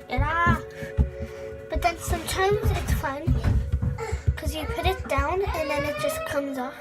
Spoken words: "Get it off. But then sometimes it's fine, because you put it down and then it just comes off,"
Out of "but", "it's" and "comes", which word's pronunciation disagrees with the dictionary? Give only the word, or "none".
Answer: none